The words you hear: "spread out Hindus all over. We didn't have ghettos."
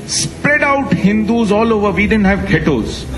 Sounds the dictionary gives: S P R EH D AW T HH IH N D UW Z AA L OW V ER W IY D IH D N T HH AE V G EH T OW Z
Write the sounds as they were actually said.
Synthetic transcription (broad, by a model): S P R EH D AW T HH IH N D UW Z AA L OW V ER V IY D IH D N T HH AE V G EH T OW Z